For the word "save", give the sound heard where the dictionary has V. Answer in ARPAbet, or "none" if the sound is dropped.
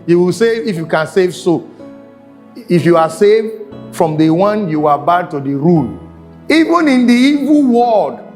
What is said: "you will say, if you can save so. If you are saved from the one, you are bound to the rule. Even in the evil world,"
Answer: V